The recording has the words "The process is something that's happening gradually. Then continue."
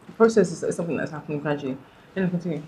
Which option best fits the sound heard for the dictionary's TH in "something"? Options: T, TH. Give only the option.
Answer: TH